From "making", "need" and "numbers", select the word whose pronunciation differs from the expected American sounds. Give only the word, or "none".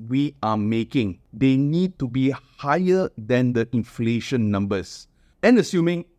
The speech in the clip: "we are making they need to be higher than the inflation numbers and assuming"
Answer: numbers